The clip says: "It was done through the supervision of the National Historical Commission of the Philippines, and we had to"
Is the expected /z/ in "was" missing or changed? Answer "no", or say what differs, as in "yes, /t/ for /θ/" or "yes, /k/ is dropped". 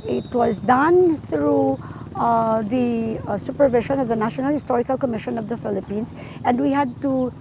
no